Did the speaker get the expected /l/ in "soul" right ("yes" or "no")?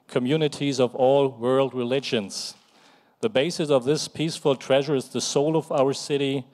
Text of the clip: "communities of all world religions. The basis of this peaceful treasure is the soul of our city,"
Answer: yes